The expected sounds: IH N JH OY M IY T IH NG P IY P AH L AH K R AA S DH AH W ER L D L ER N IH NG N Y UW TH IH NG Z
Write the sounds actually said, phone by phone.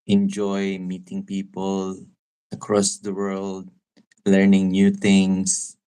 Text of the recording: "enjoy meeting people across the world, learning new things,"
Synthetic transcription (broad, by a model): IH N JH OY M IY T IH NG P IY P AH L AH K R AA S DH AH W ER L D L ER N IH NG N Y UW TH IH NG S